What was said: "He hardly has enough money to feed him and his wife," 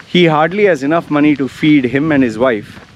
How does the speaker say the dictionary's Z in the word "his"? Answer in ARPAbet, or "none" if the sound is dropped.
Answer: Z